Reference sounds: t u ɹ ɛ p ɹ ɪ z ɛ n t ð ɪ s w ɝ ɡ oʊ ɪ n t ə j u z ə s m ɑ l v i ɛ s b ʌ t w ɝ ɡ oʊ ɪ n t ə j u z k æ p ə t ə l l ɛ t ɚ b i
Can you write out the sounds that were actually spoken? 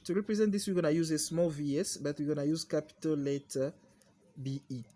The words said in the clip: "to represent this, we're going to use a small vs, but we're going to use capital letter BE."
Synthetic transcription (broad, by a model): t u ɹ ɛ p ɹ ɪ z ɛ n t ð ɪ s w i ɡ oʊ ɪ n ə j u z ə s m ɑ l v i ɛ s b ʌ t w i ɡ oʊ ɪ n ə j u z k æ p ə t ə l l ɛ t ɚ b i